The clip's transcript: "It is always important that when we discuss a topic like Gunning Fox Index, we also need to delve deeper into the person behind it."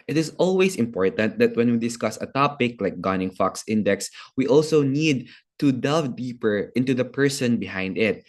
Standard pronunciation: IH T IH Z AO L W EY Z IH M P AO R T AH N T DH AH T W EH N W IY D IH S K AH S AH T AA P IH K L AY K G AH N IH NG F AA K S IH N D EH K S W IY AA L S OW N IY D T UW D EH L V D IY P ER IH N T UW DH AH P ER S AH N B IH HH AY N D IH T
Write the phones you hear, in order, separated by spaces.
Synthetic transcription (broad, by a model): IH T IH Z AO L W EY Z IH M P AO R T AH N T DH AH T W EH N W IY D IH S K AH S AH T AA P IH K L AY K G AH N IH NG F AA K S IH N D EH K S W IY AA L S OW N IY D T UW D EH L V D IY P ER IH N T UW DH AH P ER S AH N B IH HH AY N D IH T